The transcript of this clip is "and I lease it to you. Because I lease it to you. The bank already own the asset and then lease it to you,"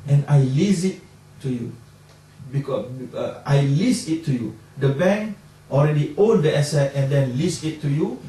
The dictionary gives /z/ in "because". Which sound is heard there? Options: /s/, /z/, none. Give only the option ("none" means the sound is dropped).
none